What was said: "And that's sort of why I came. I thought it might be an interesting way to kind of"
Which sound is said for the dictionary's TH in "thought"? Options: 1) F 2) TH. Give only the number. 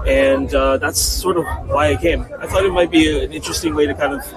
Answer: 2